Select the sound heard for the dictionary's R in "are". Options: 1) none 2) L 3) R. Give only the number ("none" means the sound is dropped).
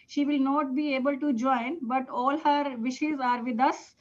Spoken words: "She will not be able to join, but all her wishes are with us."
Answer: 3